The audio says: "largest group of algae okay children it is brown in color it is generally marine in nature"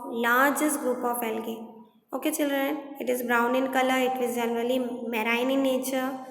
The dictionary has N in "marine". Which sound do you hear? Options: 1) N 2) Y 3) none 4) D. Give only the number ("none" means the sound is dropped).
3